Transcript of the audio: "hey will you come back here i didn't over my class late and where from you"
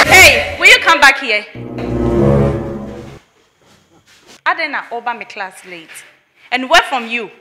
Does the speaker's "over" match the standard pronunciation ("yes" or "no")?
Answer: no